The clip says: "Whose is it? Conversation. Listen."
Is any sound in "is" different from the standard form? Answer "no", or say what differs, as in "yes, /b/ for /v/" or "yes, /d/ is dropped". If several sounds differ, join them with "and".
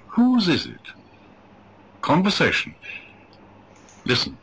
no